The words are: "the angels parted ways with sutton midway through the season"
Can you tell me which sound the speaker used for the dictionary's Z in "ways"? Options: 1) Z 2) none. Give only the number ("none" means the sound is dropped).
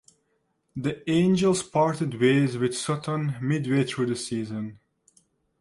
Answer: 1